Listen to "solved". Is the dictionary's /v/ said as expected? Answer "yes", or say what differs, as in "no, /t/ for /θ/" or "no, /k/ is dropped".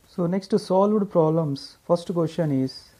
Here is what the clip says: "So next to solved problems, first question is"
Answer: yes